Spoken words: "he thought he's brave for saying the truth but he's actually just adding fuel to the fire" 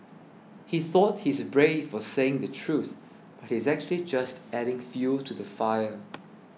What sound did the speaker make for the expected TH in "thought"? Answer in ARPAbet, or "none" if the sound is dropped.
TH